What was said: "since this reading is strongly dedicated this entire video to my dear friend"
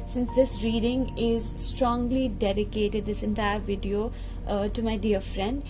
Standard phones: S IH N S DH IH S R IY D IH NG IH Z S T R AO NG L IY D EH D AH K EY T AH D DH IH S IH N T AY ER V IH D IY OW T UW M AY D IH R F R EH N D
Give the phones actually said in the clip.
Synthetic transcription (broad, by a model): S IH N S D IH S R IY D IH NG IH Z S T R AO NG L IY D EH D AH K EY T AH D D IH S IH N T AY ER V IH D IY OW T UW M AY D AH R F R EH N D